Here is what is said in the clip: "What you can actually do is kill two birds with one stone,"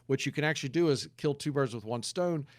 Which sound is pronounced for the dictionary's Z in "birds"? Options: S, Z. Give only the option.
Z